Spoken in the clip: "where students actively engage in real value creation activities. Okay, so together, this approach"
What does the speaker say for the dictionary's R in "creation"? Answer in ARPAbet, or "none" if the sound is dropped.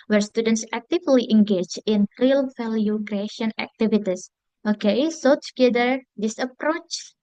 R